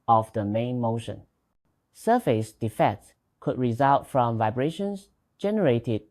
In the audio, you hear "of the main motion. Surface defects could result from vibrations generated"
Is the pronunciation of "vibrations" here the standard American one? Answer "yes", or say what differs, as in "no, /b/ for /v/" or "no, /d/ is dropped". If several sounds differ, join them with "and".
no, /s/ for /z/